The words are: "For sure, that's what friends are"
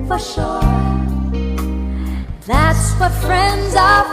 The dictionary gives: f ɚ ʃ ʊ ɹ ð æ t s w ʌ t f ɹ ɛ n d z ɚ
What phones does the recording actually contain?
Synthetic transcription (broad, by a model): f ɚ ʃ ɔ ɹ ð æ t s w ʌ t f ɹ ɛ n d z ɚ